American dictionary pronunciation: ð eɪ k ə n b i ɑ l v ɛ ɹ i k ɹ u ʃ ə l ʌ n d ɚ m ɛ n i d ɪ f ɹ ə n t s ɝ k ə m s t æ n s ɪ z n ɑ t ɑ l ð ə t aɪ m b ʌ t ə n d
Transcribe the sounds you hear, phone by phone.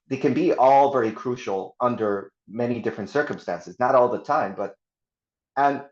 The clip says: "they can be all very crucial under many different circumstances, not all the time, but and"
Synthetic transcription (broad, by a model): ð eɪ k ə n b i ɑ l v ɛ ɹ i k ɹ u ʃ l ʌ n d ɚ m ɛ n i d ɪ f ɹ ə n t s ɝ k ə m s t æ n s ɪ z n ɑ t ɑ l ð ə t aɪ m b ʌ t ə n